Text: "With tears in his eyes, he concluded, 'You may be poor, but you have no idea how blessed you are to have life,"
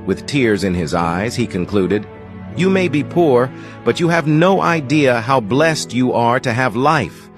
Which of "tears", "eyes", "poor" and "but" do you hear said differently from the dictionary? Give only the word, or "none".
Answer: none